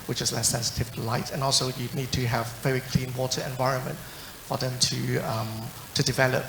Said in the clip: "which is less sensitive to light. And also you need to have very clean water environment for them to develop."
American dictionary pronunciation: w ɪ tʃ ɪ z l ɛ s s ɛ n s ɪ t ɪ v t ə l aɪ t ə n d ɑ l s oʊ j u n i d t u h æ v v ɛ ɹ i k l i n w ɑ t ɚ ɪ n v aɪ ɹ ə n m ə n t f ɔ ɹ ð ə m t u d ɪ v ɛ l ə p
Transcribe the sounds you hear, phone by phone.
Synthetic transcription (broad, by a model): w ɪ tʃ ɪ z l ɛ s s ɛ n s ɪ t ɪ v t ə l aɪ t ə n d ɑ l s oʊ j u n i d t u h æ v v ɛ ɹ i k l i n w ɑ t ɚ ɪ n v aɪ ɹ ə n m ə n t f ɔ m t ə m t u d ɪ v ɛ l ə p